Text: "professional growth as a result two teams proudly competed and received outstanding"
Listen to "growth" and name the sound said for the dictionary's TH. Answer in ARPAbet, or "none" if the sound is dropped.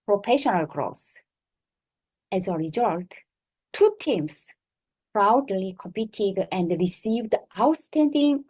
S